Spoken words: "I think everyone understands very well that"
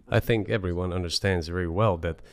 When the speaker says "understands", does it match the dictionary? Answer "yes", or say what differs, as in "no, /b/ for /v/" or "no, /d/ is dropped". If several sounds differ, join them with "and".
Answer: yes